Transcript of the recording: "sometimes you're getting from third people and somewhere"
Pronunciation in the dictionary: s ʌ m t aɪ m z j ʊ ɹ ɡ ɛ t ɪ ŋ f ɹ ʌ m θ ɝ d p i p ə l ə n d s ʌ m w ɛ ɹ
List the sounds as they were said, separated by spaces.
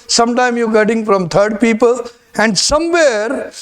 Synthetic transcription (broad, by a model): s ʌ m t aɪ m j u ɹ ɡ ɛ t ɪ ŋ f ɹ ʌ m t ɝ d p i p ə l ə n d s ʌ m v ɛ ɹ